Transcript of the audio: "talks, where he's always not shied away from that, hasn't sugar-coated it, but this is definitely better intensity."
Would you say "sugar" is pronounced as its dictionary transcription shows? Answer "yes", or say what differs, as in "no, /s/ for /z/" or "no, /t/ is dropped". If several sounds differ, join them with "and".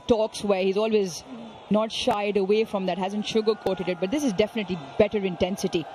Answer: yes